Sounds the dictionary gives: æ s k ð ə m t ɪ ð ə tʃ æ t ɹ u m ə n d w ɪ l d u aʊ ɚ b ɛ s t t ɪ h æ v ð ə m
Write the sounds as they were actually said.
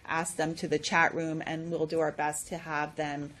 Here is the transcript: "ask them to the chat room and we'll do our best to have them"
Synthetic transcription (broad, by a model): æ s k ð ə m t ɪ ð ə tʃ æ t ɹ u m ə n w ɪ l d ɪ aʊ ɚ b ɛ s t t ɪ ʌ v ð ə m